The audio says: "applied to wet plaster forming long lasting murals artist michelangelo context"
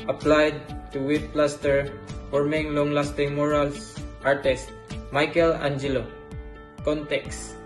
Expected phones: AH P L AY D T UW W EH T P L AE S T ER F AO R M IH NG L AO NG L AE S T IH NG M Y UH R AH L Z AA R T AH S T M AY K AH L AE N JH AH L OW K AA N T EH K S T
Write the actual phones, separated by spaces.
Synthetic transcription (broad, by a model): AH P L AY D T UW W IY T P L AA S T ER F AO R M IH NG L AO NG L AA S T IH NG M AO R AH L S AA R T AH S T M AY K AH L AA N JH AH L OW K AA N T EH K S